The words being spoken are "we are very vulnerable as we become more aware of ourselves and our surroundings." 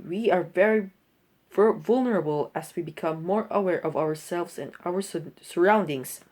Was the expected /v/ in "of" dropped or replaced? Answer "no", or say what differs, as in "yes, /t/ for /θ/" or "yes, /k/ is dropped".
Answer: no